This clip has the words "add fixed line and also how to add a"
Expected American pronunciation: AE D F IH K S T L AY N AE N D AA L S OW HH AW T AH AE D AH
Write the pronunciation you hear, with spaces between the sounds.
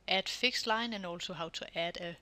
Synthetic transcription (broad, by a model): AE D F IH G S L AY N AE N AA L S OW HH AW S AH AE D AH